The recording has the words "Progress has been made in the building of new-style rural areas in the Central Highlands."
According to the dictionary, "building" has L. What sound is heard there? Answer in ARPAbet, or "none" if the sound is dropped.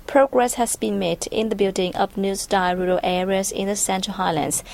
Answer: L